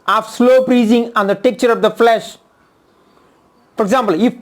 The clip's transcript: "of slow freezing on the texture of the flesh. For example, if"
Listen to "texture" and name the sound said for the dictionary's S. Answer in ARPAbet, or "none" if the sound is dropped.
none